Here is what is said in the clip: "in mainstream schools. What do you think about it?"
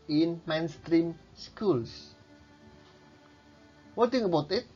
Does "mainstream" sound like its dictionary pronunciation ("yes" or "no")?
yes